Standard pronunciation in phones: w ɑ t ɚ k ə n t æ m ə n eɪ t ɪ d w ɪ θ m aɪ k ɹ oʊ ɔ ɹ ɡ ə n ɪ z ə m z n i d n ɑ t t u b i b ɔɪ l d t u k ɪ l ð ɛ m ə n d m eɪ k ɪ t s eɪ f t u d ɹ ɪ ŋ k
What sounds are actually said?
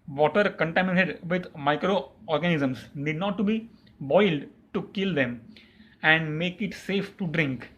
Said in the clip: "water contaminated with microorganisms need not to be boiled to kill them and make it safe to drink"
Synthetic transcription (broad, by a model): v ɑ t ɚ k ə n t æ m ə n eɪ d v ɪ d m aɪ k ɹ oʊ ɔ ɹ ɡ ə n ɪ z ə m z n i d n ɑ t t u b i b ɔɪ l d t u k ɪ l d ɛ m ə n d m eɪ k ɪ t s eɪ f t u d ɹ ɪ ŋ k